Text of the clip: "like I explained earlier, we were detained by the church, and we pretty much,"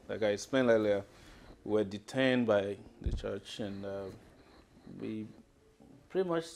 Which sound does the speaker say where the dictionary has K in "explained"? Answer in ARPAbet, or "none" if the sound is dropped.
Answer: none